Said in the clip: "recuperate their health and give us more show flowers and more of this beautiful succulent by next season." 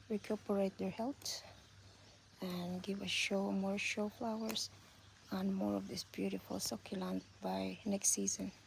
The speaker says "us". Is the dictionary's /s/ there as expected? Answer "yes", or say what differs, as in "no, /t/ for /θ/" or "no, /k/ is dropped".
no, /ʃ/ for /s/